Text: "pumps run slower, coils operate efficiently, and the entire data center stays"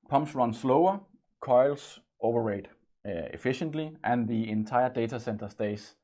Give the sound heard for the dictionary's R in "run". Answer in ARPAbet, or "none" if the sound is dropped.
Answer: R